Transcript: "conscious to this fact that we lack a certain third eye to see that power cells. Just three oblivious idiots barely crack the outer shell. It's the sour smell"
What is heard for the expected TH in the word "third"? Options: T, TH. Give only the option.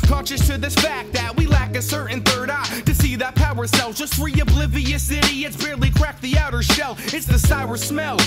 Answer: TH